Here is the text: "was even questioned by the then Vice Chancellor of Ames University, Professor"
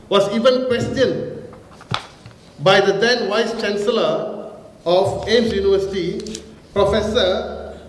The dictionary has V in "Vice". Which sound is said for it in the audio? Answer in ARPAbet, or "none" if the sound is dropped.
W